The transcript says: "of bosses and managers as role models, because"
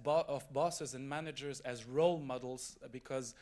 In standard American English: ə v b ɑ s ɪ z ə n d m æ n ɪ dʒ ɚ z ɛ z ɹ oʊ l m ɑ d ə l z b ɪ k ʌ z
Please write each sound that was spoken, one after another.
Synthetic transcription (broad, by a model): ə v b ɑ s ɪ z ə n m æ n ɪ dʒ ɚ z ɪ z ɹ oʊ l m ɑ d l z b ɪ k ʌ z